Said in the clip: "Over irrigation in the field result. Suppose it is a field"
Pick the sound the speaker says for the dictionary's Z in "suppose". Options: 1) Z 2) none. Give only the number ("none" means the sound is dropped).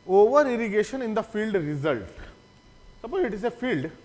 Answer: 2